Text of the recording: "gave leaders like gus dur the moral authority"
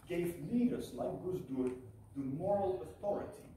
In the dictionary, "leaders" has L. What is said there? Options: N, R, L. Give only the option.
N